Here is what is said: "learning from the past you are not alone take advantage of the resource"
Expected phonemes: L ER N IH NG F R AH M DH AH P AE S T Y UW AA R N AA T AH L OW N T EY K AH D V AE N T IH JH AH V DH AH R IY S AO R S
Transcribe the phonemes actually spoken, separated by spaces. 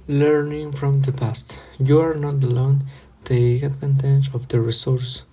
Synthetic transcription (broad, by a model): L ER N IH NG F R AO M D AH P AE S T Y UW AA R N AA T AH L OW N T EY AH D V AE N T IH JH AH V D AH R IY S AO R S